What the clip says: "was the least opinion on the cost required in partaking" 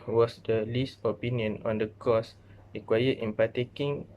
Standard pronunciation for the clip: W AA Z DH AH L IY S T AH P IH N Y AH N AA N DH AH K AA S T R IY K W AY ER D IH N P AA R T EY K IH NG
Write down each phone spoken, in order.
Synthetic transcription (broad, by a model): W AA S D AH L IY S T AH P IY N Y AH N AA N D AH K AA S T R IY K W AY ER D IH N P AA T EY K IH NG